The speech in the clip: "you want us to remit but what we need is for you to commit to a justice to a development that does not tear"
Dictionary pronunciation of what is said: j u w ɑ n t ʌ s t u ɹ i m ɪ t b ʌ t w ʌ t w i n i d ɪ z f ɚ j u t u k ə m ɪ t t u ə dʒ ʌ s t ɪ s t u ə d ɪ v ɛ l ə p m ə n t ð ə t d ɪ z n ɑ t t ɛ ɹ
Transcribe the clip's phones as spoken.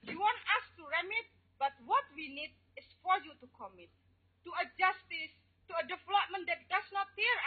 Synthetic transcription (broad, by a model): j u w ɑ n t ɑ s t u ɹ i m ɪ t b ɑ t w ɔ t w i n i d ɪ s f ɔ j u t u k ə m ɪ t t u ə dʒ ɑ s t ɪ s t u ə d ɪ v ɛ l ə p m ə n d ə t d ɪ s n ɑ t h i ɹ